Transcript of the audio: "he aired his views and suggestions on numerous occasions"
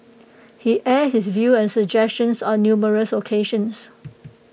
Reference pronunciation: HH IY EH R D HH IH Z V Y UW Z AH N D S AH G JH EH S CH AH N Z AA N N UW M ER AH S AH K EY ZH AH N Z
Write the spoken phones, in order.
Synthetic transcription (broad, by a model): HH IY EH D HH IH S V Y UW AH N S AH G JH EH S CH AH N S AA N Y UW M ER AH S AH K EY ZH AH N S